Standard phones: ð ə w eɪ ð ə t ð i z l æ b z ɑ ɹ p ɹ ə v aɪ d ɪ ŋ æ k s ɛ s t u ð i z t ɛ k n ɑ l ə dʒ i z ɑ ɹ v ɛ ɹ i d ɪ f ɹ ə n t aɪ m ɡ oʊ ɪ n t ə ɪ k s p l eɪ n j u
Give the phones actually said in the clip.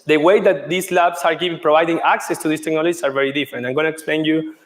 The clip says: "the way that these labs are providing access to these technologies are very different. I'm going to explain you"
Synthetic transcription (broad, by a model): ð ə w eɪ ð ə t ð i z l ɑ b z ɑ ɹ p ɹ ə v aɪ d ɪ ŋ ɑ k s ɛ s t u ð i s t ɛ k n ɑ l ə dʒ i s ɑ ɹ v ɛ ɹ i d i f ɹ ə n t aɪ m ɡ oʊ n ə ɪ k s p l eɪ n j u